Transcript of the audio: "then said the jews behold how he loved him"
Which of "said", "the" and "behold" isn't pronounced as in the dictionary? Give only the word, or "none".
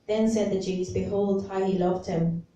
none